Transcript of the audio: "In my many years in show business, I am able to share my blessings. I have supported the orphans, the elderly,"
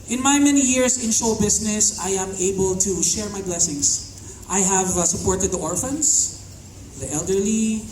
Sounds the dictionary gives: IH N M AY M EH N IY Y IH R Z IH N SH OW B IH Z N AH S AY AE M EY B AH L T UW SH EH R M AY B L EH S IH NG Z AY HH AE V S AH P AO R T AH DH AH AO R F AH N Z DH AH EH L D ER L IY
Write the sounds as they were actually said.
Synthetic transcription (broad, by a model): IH N M AY M EH N IY Y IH R S IH N SH OW B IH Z N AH S AY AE M EY B AH L T UW SH EH R M AY B L EH S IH NG S AY HH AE V S AH P AO R T AH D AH AO R F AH N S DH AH EH L D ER L IY